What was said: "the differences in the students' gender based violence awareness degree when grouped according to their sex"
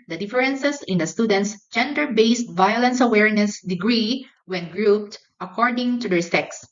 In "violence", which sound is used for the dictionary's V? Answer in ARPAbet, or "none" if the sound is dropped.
V